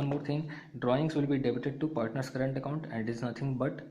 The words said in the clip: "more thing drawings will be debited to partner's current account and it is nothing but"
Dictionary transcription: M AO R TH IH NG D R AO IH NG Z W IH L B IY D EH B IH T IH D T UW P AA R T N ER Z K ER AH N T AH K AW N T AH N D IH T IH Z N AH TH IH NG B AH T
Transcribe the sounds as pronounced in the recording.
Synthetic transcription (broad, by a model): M AO R T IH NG D R AO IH NG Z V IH L B IY D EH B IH T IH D T UW P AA R T N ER S K ER AH N T AH K AW N T AH N D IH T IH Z N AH T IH NG B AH T